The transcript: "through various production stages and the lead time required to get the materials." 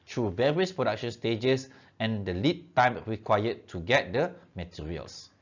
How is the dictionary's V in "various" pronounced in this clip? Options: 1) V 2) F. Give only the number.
1